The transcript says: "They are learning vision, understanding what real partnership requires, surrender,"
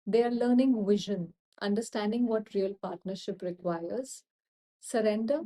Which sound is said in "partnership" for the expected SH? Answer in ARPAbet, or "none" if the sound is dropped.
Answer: SH